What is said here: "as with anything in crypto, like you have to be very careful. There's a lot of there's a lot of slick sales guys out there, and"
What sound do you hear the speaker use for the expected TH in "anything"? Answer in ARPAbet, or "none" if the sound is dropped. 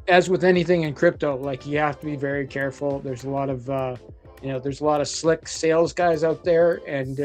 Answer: TH